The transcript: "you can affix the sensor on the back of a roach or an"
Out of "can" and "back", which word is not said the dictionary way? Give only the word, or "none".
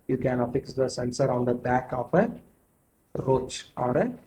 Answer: none